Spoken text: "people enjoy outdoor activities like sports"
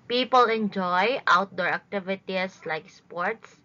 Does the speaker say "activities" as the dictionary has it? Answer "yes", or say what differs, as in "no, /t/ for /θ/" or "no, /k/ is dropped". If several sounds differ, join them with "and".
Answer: no, /s/ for /z/